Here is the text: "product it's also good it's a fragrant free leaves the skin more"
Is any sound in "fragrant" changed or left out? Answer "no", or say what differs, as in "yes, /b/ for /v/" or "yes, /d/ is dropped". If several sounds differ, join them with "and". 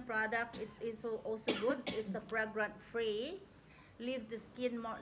yes, /p/ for /f/